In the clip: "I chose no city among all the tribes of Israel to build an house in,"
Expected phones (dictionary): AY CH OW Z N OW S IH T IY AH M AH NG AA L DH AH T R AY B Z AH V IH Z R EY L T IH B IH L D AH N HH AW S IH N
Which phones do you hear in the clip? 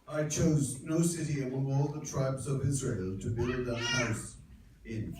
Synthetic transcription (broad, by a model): AY CH OW Z N OW S IH T IY AH M AH NG AA L DH AH T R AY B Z AH V IH Z R EY L T IH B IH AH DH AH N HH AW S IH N